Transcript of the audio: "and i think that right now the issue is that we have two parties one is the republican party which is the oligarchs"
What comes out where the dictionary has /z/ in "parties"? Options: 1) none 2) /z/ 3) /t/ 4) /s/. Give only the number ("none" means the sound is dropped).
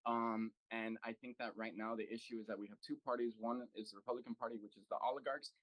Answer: 2